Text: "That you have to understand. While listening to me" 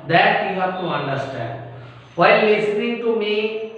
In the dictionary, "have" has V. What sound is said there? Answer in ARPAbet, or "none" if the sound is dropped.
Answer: P